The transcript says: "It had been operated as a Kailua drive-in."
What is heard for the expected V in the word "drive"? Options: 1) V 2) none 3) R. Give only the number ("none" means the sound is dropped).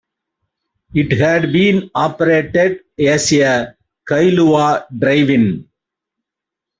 1